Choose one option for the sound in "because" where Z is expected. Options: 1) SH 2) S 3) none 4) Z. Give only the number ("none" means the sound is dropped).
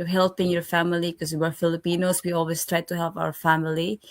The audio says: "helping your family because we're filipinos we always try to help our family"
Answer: 3